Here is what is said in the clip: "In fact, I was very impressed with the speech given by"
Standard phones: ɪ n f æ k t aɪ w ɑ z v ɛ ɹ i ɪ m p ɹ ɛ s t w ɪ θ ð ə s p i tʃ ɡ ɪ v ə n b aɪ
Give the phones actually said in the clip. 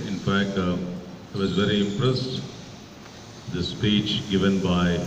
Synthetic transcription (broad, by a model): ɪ n f æ k t aɪ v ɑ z v ɛ ɹ i ɪ m p ɹ ɛ s t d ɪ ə s p i tʃ ɡ ɪ v ə n b aɪ